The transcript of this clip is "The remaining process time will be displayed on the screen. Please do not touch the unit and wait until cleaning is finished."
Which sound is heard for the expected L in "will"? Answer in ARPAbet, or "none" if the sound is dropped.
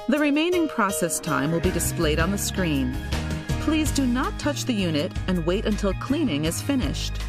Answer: L